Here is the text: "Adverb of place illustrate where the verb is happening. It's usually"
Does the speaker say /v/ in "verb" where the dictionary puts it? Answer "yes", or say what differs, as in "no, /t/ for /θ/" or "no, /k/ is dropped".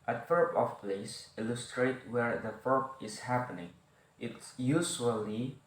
no, /f/ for /v/